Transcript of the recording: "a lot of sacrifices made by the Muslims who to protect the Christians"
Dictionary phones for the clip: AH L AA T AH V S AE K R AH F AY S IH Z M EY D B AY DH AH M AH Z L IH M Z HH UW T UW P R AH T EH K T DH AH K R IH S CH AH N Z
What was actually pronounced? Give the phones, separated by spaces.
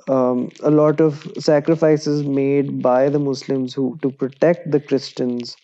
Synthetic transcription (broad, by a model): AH L AA T AH V S AE K R AH F AY S IH Z M EY D B AY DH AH M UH S L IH M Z HH UW T UW P R AH T EH K T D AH K R IH S CH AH N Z